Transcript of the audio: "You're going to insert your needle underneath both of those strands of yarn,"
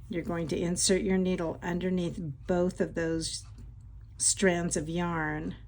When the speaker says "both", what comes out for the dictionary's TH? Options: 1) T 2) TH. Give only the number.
2